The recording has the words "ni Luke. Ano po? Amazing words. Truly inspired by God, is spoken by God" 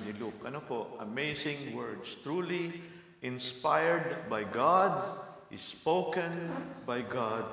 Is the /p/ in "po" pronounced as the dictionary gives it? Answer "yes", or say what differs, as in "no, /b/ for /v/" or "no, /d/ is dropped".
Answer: yes